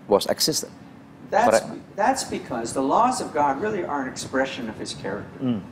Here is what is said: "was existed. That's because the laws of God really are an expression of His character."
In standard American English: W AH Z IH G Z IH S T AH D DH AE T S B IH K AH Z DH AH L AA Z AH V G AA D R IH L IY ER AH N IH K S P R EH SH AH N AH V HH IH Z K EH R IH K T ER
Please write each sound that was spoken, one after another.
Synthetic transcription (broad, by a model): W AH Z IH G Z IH S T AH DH DH AE T S B IH K AH Z DH AH L AA Z AH V G AA D R IH L IY ER AH N IH K S P R EH SH AH N AH V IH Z K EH R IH K T ER